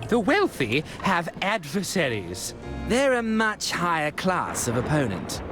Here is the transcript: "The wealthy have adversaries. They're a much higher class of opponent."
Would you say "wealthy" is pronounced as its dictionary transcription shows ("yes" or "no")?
yes